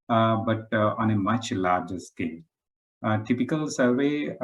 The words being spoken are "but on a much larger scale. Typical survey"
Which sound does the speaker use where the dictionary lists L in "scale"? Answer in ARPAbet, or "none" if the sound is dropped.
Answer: N